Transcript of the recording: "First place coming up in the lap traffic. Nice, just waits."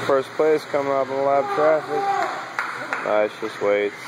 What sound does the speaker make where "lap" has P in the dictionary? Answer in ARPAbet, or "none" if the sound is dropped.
B